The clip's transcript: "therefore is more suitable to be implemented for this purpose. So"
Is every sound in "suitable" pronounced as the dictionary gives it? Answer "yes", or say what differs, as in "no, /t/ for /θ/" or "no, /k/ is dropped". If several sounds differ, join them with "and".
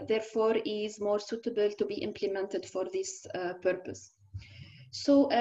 yes